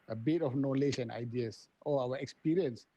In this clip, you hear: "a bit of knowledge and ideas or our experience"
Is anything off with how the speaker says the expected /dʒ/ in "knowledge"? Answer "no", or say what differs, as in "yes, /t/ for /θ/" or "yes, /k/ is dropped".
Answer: yes, /ʃ/ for /dʒ/